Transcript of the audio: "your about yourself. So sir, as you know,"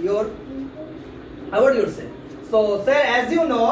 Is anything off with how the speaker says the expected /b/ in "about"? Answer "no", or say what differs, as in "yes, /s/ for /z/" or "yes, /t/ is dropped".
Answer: yes, /b/ is dropped